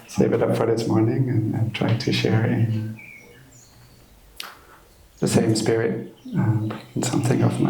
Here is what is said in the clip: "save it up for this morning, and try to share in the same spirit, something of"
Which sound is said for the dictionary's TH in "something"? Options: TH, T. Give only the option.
TH